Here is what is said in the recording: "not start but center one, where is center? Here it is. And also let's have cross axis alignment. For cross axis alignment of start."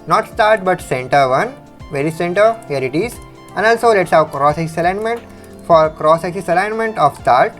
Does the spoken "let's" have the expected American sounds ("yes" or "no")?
yes